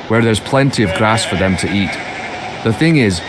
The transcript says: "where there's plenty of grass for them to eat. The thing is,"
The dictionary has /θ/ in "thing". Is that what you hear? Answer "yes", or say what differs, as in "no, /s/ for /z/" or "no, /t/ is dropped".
yes